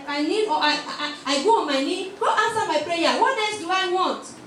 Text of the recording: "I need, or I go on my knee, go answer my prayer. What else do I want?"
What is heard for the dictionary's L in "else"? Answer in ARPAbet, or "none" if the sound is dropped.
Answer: none